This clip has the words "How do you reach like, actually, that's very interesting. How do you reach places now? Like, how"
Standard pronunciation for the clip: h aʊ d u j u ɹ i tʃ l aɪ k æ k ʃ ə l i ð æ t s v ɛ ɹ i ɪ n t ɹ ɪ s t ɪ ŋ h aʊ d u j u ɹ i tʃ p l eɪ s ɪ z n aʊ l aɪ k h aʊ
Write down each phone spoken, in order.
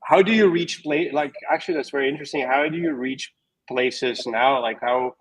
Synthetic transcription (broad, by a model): h aʊ d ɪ j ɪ ɹ i tʃ l aɪ k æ k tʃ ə l i ð æ t s v ɛ ɹ i ɪ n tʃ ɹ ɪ s t ɪ ŋ h aʊ d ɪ j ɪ ɹ i tʃ p l eɪ s ɪ z n aʊ l aɪ k h aʊ